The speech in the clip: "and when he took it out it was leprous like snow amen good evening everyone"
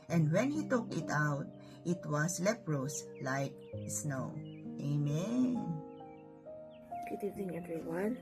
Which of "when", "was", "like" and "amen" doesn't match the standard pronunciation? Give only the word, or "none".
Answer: was